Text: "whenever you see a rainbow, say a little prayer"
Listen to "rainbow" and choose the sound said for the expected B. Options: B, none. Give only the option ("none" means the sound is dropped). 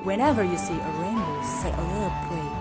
none